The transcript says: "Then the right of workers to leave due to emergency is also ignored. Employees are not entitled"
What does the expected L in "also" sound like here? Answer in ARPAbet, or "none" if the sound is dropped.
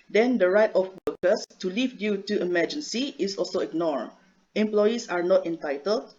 L